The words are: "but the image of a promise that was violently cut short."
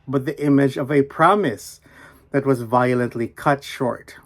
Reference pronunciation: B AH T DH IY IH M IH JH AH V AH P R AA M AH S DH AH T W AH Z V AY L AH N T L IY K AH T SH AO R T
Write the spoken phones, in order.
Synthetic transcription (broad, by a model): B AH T DH IY IH M IH JH AH V AH P R AA M AH S DH AH T W AH Z V AY L AH N T L IY K AH T SH AO R T